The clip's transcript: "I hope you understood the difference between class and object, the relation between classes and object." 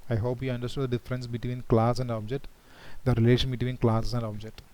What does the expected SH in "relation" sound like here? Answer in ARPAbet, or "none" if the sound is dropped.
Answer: SH